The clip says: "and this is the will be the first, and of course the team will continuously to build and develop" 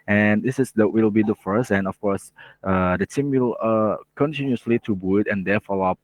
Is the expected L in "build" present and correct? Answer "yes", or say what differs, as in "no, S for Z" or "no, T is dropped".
no, L is dropped